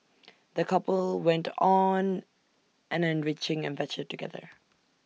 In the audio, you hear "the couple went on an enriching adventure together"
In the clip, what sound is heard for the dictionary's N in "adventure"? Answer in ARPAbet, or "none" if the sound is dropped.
none